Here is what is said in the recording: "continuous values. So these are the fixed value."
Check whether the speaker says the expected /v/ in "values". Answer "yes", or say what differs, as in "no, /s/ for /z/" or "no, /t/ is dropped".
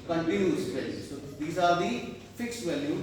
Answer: no, /p/ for /v/